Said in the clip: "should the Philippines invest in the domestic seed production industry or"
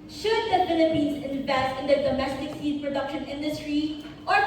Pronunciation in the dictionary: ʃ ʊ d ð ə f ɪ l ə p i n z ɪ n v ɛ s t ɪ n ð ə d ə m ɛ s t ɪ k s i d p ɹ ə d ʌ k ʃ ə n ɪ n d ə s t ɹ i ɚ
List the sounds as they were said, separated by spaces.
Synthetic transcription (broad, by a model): ʃ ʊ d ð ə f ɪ n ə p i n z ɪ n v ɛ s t ɪ n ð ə d ə m ɛ s t ɪ k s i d p ɹ ə d ʌ k ʃ ə n ɪ n d ə s t ɹ i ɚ